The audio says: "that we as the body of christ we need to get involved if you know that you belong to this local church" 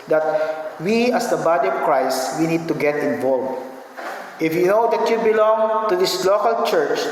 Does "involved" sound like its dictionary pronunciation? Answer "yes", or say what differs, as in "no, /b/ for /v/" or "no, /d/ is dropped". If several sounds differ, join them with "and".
no, /d/ is dropped